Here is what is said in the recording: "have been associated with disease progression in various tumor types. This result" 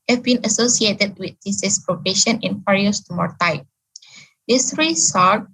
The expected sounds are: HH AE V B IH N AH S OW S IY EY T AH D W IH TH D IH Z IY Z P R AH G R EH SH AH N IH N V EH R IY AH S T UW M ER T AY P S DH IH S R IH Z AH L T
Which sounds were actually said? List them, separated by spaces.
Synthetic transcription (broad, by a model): HH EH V B IH N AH S OW S IY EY T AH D W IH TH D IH S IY S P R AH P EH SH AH N IH N F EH R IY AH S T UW M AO T AY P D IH S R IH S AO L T